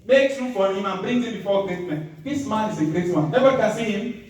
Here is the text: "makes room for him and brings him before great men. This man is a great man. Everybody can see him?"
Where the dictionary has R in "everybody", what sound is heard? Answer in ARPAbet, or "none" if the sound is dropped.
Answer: none